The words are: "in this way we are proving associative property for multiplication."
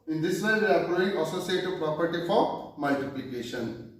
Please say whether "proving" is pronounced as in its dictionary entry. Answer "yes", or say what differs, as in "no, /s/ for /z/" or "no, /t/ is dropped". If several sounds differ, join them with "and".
no, /v/ is dropped